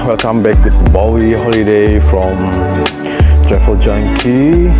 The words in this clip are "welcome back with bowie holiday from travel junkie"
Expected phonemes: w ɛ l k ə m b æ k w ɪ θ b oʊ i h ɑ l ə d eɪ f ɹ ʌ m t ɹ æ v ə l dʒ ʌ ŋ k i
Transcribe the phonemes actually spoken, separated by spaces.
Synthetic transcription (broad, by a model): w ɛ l k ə m b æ k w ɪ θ b oʊ i h ɑ l ə d eɪ f ɹ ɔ m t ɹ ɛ f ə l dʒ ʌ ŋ k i